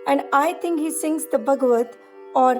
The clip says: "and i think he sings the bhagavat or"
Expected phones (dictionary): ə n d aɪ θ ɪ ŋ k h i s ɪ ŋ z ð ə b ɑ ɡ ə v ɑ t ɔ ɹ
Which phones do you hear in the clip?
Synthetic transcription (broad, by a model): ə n d aɪ t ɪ ŋ k h i s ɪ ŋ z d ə b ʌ ɡ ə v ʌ t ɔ ɹ